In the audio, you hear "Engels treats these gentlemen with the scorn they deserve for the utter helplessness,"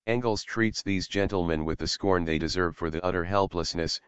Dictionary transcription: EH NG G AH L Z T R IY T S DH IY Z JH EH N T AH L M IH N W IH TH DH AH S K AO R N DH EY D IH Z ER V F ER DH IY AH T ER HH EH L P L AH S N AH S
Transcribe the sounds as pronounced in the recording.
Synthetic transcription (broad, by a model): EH NG G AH L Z T R IY T S DH IY Z JH EH N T L M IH N W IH DH AH S K AO R N DH EY D IH Z ER V F ER DH IY AH T ER HH EH L P L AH S N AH S